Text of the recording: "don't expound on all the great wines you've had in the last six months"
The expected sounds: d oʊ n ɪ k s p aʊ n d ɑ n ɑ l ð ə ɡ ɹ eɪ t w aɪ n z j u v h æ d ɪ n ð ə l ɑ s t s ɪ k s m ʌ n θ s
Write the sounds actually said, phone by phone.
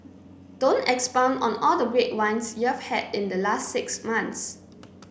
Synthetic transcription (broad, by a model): d oʊ n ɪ k s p aʊ n ɑ n ɑ l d ə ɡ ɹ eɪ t w aɪ n s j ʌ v h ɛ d ɪ n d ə l ɑ s t s ɪ k s m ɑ n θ s